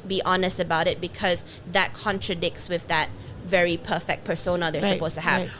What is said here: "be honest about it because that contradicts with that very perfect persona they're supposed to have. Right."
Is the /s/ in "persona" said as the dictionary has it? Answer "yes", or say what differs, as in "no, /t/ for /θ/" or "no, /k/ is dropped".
yes